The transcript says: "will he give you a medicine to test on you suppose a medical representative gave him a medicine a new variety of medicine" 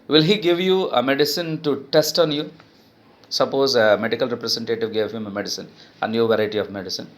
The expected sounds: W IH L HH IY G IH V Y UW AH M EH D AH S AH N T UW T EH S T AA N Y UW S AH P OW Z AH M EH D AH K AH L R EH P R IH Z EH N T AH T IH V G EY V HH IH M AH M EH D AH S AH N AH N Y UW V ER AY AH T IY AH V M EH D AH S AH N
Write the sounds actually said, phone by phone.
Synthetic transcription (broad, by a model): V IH L HH IY G IH V Y UW AH M EH D AH S AH N T UW T EH S T AA N Y UW S AH P OW Z AH M EH D AH K AH L R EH P R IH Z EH N T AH T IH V G EY V HH IH M AH M EH D AH S AH N AH N Y UW V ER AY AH T IY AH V M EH D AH S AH N